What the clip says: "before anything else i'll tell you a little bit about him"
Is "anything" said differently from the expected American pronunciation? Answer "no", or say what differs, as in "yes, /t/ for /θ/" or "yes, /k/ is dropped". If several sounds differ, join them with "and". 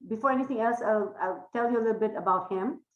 yes, /t/ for /θ/